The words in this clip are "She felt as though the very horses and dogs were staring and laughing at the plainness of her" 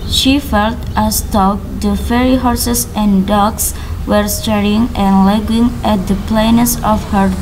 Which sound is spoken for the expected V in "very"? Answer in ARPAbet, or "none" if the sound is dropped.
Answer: F